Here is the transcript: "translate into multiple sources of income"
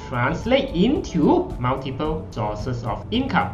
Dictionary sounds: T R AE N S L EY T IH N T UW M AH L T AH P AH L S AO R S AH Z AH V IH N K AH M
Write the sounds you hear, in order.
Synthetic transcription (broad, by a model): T R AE N S L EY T IH N T UW M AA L T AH P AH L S AO S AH S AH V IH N K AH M